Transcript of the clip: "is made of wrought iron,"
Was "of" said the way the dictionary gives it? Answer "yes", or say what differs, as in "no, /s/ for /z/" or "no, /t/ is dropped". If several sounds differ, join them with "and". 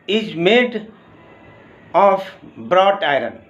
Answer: no, /b/ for /v/